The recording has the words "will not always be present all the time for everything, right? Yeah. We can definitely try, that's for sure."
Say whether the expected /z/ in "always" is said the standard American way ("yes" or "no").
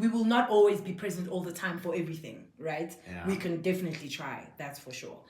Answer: yes